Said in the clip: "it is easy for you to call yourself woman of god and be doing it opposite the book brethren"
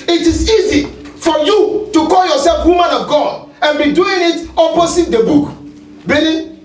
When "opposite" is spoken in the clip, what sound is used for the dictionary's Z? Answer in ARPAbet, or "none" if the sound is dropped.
S